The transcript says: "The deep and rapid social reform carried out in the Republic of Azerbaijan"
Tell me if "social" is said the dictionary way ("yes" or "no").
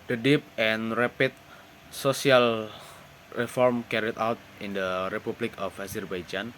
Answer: no